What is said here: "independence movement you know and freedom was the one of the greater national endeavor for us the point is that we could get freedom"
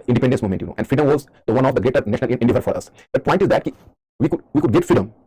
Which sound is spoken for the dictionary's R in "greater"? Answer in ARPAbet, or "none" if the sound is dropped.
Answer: none